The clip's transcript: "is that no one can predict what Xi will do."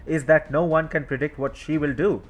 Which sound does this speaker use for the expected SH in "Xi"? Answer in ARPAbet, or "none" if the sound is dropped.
SH